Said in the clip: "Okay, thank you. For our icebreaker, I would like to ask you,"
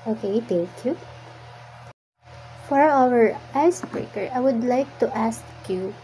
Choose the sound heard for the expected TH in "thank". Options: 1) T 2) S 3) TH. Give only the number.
1